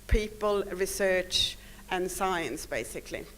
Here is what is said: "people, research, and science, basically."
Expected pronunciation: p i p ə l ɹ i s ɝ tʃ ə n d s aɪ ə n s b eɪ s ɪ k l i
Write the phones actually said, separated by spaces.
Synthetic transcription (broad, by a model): p i p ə l ɹ i s ɝ tʃ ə n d s aɪ ə n s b eɪ s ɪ k l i